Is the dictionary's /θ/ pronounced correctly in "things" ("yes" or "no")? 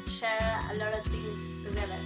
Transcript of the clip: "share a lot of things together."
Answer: no